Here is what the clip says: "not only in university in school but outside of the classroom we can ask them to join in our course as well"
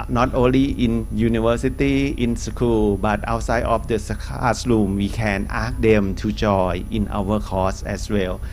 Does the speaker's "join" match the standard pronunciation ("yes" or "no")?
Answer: no